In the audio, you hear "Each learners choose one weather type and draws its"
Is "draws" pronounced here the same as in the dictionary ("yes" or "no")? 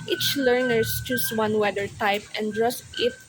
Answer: no